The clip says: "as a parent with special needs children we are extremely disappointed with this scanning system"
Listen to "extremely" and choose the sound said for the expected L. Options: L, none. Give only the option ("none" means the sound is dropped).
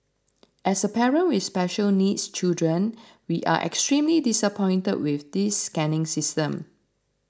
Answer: L